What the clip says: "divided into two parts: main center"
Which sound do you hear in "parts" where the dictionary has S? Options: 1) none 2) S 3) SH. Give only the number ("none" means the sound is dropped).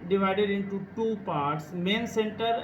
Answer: 2